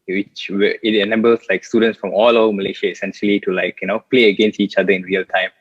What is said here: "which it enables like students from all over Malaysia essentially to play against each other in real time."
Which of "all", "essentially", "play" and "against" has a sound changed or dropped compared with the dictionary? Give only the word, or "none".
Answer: none